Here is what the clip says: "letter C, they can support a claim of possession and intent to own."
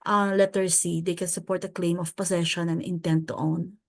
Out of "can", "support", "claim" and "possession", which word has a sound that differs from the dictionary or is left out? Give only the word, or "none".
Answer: possession